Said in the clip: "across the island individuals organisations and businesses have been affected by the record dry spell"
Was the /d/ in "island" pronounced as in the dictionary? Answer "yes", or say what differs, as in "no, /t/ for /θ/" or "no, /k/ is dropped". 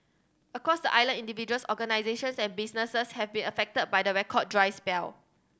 no, /d/ is dropped